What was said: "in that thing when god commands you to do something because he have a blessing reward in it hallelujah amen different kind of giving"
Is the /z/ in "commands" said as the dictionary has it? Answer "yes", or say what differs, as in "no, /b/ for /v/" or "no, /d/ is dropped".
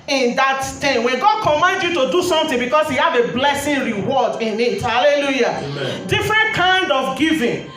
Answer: no, /z/ is dropped